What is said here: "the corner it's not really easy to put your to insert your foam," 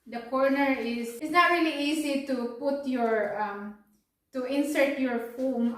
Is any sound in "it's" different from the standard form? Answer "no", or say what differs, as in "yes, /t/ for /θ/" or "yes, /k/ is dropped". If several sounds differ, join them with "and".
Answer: yes, /s/ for /t/